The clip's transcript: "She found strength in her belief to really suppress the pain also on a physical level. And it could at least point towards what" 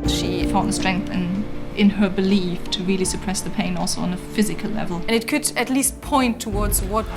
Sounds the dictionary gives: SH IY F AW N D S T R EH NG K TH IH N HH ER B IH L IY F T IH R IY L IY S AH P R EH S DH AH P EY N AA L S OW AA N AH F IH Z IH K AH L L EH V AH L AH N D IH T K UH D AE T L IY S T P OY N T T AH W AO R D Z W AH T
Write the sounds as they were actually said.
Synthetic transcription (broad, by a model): SH IY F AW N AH S T R EH NG K TH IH N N ER B IH L IY F T IH R IY L IY S AH P R EH S DH AH P EY N AA L S OW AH N AH F IH Z IH K AH L L EH V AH L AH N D IH T K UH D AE T L IY S T P OY N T T AH W AO R D Z W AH T